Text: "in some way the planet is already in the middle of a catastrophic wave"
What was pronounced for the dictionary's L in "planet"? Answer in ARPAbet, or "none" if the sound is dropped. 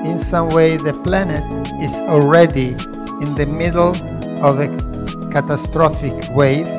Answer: L